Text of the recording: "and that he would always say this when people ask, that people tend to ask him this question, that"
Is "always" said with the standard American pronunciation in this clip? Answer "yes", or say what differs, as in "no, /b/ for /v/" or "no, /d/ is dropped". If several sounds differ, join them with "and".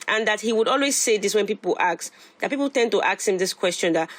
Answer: yes